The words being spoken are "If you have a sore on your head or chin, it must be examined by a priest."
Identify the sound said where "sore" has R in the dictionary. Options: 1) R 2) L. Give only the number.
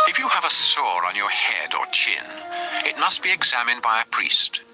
1